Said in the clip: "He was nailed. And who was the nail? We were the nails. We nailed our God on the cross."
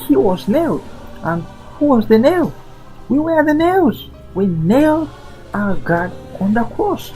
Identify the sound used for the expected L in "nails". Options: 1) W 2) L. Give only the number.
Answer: 1